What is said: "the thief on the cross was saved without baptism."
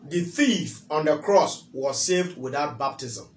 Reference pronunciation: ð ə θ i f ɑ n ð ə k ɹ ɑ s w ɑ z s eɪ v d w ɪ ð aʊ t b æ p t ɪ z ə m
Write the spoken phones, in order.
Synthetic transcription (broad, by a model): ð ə θ i f ɑ n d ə k ɹ ɑ s w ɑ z s eɪ v d w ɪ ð aʊ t b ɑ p t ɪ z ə m